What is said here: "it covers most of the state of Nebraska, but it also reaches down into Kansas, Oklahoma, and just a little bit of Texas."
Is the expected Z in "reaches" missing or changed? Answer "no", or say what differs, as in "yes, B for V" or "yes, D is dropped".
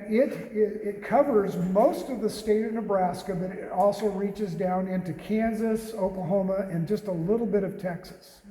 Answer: no